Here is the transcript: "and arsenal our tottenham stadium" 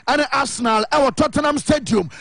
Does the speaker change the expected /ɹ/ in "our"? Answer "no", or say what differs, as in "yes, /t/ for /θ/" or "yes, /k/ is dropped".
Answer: yes, /w/ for /ɹ/